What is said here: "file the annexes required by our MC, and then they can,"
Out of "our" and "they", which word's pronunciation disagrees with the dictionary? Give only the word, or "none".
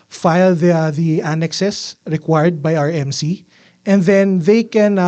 none